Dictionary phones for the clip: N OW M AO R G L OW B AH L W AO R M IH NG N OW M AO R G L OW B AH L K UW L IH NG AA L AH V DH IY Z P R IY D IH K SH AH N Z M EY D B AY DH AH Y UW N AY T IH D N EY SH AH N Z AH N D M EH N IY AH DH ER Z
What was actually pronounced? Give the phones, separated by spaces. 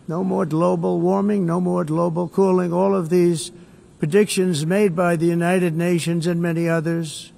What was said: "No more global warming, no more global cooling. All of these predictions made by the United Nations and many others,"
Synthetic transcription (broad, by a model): N OW M AO R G L OW B L W AO R M IH NG N OW M AO R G L OW B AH L K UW L IH NG AA L AH V DH IY Z P R IY D IH K SH AH N Z M EY D B AY DH AH Y UW N AY T IH D N EY SH AH N Z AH N M EH N IY AH DH ER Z